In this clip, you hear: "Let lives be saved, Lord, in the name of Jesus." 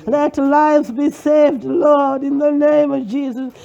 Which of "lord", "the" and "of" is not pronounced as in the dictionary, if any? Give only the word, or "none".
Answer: none